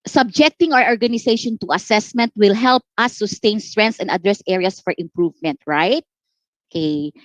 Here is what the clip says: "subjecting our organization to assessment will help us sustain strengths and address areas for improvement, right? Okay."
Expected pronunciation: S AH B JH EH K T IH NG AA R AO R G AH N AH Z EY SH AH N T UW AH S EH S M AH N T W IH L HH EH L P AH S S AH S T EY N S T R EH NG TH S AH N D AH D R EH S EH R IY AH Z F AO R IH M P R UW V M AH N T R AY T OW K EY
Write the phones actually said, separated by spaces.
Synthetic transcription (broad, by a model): S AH B JH EH K T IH NG AA R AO R G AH N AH S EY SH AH N T UW AH S EH S M AH N T W IH L HH EH L P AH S S AH S T EY N S T R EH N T S AH N D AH D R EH S EH R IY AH S F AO R IH M P R UW V M AH N T R AY T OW K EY